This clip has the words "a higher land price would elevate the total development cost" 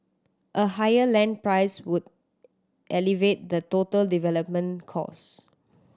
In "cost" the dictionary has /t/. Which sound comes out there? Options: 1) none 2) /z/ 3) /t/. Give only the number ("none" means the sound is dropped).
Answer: 1